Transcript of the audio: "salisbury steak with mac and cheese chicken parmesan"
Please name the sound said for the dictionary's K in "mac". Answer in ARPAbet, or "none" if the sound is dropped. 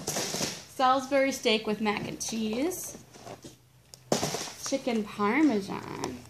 K